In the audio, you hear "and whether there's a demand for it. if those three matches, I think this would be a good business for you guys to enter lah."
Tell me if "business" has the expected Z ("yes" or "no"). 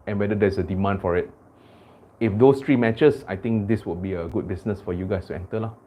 no